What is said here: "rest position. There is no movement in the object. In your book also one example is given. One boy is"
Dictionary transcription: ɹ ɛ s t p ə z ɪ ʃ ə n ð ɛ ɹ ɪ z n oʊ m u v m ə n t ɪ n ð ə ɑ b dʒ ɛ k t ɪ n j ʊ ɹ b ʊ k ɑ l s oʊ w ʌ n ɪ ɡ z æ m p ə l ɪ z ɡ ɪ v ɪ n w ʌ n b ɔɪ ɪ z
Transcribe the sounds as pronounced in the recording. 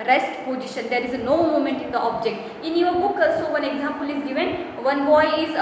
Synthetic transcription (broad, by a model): ɹ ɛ s t p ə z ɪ ʃ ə n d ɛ ɹ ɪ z n oʊ m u m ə n t ɪ n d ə ɑ b dʒ ɛ k t ɪ n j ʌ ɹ b ʊ k s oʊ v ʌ n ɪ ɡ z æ m p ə l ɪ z ɡ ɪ v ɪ n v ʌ n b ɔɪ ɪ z